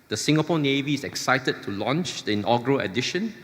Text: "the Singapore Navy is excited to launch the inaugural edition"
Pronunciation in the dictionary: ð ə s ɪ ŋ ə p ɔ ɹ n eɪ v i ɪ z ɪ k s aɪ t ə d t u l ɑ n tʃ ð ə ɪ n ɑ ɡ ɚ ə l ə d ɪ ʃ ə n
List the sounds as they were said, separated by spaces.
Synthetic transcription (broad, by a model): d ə s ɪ ŋ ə p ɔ n eɪ v i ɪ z ɪ k s aɪ t ə d t u l ɑ n tʃ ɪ n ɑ ɡ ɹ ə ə d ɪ ʃ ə n